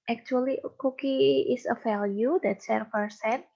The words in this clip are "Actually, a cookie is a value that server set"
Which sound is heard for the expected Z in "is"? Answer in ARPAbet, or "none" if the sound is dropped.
S